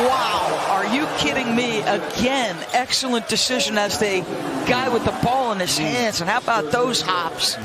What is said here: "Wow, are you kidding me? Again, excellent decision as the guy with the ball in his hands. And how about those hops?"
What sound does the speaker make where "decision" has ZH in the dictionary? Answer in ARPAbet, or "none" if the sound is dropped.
ZH